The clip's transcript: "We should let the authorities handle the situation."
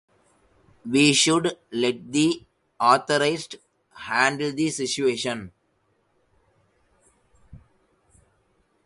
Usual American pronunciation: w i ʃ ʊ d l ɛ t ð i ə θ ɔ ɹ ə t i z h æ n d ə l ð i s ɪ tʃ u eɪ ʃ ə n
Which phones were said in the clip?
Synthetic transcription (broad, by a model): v i ʃ ʊ d l ɛ t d i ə t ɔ ɹ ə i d h æ n d ə l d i s ɪ tʃ u eɪ ʃ ə n